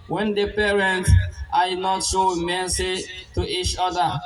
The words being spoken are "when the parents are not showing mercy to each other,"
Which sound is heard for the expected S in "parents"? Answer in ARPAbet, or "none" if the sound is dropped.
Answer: none